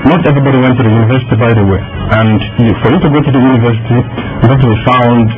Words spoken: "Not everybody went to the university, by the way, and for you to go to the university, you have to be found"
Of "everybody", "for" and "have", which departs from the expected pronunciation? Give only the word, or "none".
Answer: have